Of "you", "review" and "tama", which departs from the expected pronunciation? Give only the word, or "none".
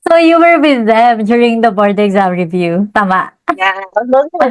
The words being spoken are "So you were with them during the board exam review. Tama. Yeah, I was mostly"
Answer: none